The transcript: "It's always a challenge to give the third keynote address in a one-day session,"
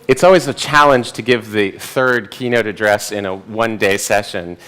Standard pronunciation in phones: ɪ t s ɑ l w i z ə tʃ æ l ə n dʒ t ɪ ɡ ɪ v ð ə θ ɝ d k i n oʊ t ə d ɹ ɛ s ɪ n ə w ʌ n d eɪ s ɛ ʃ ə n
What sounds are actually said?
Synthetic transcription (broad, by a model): ɪ t s ɑ l w i z ə tʃ æ l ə n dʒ t ɪ ɡ ɪ v ð ə θ ɝ d k i n oʊ t ə d ɹ ɛ s ɪ n ə w ʌ n d eɪ s ɛ ʃ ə n